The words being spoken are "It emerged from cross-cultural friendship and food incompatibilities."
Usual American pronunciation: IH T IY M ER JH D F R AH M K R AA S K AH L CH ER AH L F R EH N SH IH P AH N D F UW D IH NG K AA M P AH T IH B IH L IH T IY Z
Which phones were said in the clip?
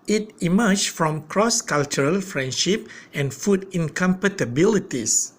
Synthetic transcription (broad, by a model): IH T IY M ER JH F R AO M K R AA S K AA L CH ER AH L F R EH N SH IH P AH N F UW D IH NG K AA M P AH T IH B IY L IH T IY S